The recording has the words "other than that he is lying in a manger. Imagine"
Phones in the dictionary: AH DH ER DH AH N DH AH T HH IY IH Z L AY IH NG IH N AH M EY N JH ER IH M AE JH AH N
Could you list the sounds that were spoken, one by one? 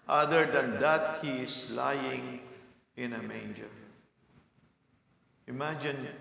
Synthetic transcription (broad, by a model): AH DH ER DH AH N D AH T HH IY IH S L AY IH NG IH N AH M EY N JH ER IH M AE JH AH N